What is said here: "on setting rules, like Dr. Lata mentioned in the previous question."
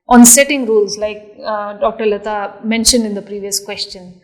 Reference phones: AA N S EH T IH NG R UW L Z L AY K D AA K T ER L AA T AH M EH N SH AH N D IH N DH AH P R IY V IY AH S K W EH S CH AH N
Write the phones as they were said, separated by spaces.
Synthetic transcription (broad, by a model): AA N S EH T IH NG R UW L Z L AY K D AA K T ER L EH T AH M EH N SH AH N D IH N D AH P R IY V IY AH S K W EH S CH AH N